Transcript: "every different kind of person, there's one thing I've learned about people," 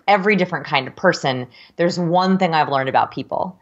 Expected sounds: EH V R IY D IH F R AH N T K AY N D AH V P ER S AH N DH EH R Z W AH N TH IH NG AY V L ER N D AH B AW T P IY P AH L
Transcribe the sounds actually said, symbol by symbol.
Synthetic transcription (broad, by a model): EH V R IY D IH F R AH N K AY N D AH V P ER S AH N DH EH R Z W AH N TH IH NG AY V L ER N D AH B AW T P IY P L